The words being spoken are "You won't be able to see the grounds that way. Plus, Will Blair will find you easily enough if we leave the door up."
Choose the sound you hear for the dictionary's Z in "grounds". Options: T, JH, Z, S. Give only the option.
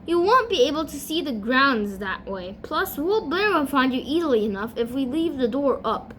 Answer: Z